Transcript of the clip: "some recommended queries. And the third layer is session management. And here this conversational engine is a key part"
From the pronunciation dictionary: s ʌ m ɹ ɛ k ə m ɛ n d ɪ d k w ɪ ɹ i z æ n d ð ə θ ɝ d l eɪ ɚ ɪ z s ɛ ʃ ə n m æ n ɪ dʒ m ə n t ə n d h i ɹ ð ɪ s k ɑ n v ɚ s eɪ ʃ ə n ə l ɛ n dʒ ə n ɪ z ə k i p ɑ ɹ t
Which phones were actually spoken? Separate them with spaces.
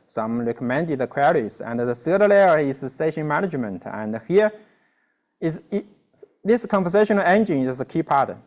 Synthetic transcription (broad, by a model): s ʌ m ɹ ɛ k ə m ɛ n d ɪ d k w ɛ ɹ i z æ n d ð ə s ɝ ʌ l eɪ ɚ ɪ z s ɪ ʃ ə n m æ n ɪ dʒ m ə n t ə n d h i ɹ ð ɪ s k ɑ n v ɚ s eɪ ʃ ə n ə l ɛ n dʒ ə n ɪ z ə k i p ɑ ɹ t